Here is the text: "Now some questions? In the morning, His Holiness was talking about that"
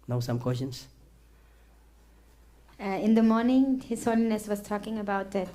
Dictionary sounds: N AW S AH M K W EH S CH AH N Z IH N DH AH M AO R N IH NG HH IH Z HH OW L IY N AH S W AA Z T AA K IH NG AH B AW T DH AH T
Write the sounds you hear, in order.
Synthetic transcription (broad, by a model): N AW S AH M K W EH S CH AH N S IH N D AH M AO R N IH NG HH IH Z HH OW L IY N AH S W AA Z T AA K IH NG AH B AW T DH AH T